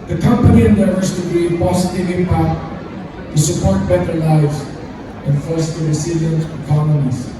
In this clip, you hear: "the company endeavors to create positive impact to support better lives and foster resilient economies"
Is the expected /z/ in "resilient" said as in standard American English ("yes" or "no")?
no